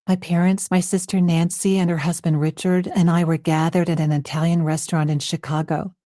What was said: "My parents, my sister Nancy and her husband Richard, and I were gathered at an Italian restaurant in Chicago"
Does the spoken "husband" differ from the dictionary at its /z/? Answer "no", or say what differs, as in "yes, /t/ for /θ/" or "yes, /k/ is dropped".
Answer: no